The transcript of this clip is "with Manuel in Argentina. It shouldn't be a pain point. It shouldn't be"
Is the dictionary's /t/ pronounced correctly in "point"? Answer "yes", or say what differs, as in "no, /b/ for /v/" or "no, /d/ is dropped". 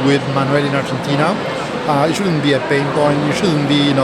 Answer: no, /t/ is dropped